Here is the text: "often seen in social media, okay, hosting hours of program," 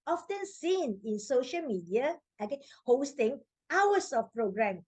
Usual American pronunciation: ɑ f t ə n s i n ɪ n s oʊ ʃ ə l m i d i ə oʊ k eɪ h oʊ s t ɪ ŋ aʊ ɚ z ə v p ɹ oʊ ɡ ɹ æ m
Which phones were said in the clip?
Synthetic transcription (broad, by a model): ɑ f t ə n s i n ɪ n s oʊ ʃ ə l m i d i ə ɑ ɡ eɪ h oʊ s t ɪ ŋ aʊ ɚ s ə f p ɹ oʊ ɡ ɹ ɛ m